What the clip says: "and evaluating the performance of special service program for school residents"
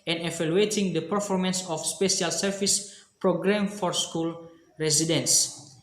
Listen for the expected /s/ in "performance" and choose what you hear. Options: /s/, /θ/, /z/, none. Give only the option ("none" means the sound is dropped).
/s/